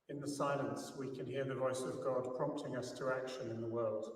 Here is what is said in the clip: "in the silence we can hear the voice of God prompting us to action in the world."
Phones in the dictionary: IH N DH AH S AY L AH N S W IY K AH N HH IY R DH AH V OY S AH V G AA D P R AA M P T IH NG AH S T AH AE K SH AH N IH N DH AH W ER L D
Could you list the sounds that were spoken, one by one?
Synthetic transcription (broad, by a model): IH N DH AH S AY L AH N S W IY K AH N HH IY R DH AH V OY S AH V G AA D P R AA M P T IH NG AH S T AH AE K SH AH N IH N DH AH W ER L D